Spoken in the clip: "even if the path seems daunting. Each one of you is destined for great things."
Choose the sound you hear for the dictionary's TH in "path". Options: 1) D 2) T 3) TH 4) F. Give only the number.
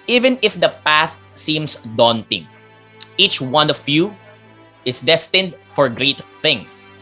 3